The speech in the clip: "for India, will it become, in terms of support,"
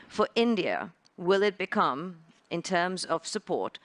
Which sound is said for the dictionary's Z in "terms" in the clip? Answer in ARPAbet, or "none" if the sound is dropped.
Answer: Z